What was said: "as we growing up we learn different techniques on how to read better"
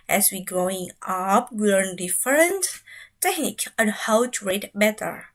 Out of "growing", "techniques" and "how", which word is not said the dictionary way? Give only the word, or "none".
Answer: techniques